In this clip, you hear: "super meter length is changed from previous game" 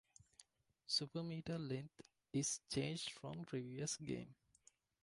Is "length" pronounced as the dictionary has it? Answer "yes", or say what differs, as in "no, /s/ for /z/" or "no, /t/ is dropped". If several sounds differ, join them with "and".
no, /t/ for /θ/